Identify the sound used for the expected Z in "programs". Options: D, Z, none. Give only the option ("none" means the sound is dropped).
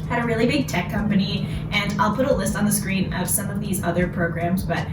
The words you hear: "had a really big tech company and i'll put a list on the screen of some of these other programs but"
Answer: Z